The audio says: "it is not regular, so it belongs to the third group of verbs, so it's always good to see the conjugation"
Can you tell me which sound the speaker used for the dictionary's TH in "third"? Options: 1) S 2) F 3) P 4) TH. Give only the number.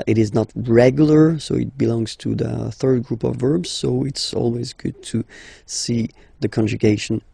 4